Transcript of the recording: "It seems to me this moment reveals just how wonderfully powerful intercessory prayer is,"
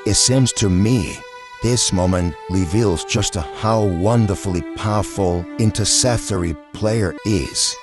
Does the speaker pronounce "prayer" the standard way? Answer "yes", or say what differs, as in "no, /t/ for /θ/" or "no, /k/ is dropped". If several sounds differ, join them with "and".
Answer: no, /l/ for /ɹ/